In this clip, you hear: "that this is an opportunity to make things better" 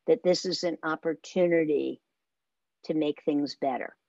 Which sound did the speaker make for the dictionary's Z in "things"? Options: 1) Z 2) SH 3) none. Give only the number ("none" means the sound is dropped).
1